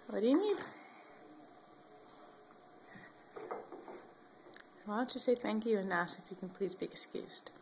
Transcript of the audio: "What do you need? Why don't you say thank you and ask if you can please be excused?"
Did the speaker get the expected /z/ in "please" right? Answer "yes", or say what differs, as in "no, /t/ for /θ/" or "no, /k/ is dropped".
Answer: yes